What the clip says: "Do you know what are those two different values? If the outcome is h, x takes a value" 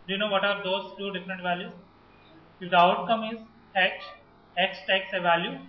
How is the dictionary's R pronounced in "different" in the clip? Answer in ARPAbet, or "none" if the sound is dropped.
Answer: none